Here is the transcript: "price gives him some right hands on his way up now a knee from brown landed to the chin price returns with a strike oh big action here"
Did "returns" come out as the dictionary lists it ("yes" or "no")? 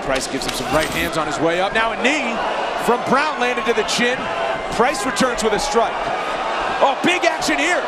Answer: yes